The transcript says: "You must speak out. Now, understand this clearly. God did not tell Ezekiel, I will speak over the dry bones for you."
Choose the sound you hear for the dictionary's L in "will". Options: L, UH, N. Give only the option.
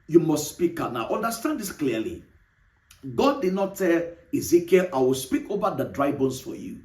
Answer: L